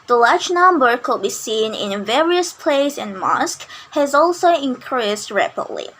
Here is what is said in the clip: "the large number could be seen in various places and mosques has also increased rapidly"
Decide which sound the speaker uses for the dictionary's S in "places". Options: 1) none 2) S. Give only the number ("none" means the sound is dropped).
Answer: 1